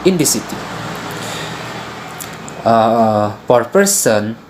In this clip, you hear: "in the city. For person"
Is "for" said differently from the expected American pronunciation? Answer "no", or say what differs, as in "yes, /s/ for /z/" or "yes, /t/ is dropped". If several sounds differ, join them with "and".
yes, /p/ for /f/